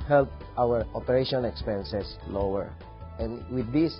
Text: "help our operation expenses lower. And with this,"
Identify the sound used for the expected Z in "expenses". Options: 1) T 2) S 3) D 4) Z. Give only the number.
2